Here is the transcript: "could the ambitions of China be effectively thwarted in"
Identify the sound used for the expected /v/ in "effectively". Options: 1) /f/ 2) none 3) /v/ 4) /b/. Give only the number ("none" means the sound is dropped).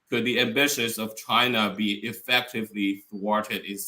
3